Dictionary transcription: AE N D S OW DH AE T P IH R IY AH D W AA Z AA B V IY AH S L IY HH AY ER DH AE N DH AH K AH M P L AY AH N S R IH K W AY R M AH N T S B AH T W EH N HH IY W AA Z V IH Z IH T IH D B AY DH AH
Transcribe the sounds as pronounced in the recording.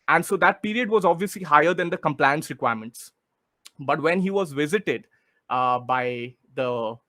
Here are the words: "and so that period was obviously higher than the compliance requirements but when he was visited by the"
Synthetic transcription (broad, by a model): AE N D S OW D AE T P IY R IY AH D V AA Z AA B V IY AH S L IY HH AY ER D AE N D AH K AH M P L AY AH N S R IH K W AY R M AH N T S B AH T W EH N HH IY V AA Z V IH Z IH T IH D B AY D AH